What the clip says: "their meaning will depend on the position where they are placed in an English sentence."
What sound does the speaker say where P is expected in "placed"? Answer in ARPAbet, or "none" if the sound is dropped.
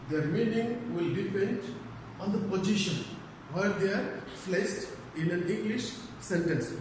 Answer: F